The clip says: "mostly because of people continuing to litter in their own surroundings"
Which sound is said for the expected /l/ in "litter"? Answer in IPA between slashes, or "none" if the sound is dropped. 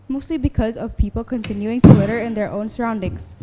/w/